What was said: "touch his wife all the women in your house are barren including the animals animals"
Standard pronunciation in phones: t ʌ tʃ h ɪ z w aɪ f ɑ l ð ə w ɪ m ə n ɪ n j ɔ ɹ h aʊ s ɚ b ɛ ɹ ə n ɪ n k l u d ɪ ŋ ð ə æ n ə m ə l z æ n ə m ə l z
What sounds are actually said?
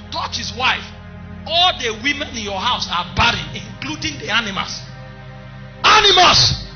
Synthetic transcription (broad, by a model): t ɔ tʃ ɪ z w aɪ ɑ l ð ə w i m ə n ɪ n j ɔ h aʊ s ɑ b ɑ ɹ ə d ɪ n k l u d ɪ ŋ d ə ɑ n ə m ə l s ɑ n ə m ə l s